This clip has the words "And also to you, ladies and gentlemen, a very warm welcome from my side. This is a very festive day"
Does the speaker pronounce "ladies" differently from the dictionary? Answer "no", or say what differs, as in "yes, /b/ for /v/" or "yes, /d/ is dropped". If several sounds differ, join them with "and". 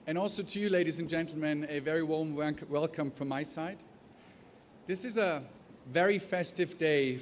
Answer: no